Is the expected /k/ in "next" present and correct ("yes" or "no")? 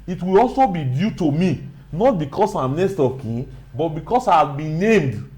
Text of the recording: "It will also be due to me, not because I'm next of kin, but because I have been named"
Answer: no